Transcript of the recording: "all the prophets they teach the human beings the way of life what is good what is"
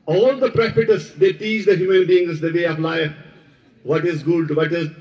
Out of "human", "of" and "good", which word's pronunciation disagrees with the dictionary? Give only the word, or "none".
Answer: of